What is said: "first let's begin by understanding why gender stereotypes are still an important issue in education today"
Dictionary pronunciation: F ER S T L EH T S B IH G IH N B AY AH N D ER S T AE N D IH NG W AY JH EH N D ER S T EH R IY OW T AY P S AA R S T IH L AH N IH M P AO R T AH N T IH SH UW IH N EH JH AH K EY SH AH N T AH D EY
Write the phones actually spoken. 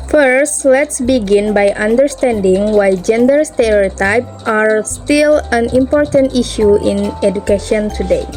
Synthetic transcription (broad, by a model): F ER S T L EH T S B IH G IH N B AY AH N D ER S T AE N D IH NG W AY JH EH N D ER S T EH R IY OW T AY P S AA R S T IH L AH N IH M P AO R T AH N T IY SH UW IH N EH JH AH K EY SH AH N T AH D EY